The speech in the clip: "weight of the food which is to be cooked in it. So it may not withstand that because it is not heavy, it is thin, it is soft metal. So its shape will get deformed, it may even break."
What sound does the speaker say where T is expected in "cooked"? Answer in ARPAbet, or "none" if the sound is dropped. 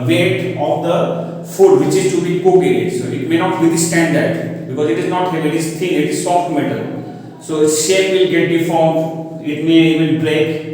none